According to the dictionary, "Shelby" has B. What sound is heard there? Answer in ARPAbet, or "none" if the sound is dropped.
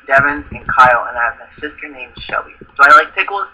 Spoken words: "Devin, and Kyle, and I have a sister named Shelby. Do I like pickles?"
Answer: none